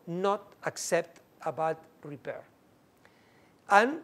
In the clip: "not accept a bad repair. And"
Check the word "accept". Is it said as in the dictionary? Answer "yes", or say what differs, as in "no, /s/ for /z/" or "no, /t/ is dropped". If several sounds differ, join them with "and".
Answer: yes